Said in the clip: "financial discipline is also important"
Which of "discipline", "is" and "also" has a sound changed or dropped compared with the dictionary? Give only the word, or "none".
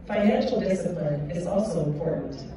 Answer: none